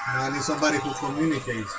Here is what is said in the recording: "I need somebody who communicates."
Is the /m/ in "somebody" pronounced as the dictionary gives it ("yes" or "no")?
no